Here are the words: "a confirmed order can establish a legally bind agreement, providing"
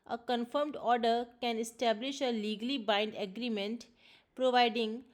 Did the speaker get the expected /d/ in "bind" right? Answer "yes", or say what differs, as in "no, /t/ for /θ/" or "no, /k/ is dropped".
yes